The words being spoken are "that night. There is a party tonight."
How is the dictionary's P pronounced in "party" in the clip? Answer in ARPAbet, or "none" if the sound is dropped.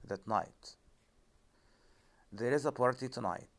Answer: P